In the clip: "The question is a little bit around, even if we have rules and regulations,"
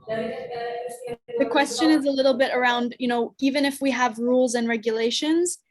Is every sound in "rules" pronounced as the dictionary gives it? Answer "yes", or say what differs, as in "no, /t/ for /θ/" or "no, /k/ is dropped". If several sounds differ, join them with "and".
yes